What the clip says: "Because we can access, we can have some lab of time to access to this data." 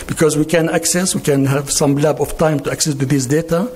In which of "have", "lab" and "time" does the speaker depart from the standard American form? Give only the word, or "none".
none